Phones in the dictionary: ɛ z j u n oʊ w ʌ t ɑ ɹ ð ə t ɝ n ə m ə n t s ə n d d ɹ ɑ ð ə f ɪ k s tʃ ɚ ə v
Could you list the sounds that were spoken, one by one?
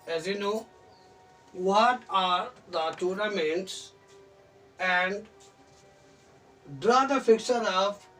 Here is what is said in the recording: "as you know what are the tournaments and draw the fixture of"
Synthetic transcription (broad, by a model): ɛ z j u n oʊ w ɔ t ɑ ɹ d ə t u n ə m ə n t s ə n d d ɹ ɑ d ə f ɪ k tʃ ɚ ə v